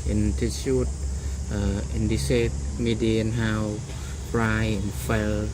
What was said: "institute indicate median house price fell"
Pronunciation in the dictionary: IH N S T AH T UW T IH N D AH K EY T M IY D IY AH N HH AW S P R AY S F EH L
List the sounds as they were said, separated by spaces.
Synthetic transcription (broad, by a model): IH N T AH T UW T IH N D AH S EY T M IY D IY AH N HH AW P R AY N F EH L